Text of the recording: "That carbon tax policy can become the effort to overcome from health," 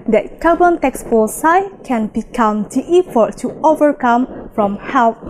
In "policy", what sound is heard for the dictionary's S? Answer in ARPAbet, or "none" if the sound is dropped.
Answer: none